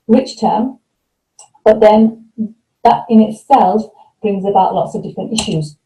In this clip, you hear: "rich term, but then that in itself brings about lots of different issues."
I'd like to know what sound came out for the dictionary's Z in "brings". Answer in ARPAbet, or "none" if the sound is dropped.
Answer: Z